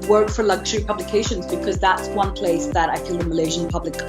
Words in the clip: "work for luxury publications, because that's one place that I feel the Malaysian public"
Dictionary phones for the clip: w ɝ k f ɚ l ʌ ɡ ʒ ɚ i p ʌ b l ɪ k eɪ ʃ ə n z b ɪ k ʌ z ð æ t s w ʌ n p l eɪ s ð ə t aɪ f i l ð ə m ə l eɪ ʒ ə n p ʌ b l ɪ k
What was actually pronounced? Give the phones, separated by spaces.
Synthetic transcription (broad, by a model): w ɝ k f ɚ l ʌ ɡ ʒ ɚ i p ʌ b l ɪ k eɪ ʃ ə n z b ɪ k ʌ z ð æ t s w ʌ n p l eɪ s ð ə t aɪ f i l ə m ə l eɪ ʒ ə n p ʌ b l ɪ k